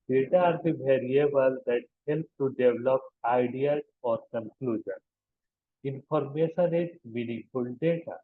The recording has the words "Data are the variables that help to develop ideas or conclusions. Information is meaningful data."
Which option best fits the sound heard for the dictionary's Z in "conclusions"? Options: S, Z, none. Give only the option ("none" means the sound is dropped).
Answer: none